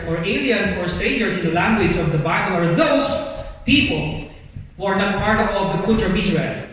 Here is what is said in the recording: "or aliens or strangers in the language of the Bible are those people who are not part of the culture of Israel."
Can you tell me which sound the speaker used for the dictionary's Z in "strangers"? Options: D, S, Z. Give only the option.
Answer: S